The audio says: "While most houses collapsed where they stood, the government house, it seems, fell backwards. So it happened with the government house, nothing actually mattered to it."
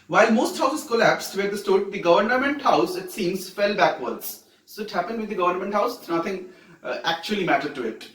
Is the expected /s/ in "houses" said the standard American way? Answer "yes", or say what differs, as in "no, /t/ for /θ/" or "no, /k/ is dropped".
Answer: no, /s/ is dropped